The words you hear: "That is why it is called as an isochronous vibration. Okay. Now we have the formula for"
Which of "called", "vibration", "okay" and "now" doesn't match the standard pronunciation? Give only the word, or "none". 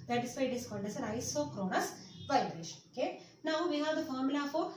called